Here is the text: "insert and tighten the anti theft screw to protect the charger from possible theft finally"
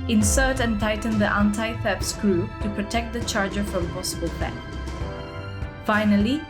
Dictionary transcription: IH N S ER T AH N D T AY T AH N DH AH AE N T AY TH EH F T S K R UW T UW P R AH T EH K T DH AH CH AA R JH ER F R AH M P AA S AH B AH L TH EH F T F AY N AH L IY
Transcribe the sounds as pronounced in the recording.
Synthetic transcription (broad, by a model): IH N S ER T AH N T AY T AH N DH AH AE N T AY F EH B S K R UW T UW P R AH T EH K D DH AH CH AA R JH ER F R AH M P AA S AH B AH L F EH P F AY N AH L IY